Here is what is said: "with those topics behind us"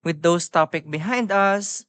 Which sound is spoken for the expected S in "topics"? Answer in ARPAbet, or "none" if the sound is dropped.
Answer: none